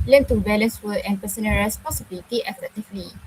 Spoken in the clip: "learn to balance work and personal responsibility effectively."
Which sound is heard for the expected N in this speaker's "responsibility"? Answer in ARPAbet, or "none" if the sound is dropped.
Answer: none